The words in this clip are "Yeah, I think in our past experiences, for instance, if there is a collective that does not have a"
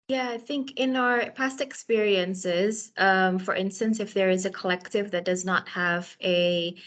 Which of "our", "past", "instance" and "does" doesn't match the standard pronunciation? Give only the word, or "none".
none